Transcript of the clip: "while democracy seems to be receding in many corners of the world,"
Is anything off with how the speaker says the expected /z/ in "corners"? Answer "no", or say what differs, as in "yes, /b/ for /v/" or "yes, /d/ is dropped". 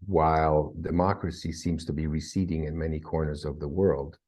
no